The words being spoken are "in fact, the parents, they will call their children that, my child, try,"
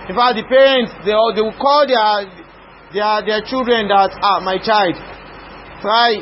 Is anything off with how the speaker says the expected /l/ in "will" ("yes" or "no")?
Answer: yes